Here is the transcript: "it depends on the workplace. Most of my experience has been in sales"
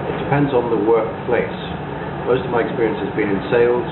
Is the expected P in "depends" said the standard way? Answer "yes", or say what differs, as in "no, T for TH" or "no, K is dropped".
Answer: yes